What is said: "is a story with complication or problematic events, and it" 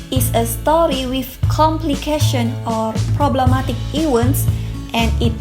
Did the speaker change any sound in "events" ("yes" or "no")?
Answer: yes